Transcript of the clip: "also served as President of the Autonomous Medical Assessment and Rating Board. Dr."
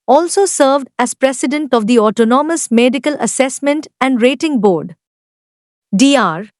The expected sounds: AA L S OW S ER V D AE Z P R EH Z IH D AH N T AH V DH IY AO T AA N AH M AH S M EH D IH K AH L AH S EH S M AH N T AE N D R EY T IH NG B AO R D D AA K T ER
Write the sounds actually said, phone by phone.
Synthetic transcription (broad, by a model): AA L S OW S ER V D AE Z P R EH S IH D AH N T AH V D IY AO T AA N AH M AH S M EH D IH K AH L AH S EH S M AH N T AE N D R EY T IH NG B AO R D D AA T